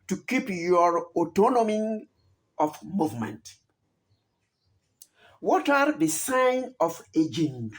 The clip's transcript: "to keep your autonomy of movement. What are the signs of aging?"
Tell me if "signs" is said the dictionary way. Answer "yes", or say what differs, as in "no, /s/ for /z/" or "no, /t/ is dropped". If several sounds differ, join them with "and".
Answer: no, /z/ is dropped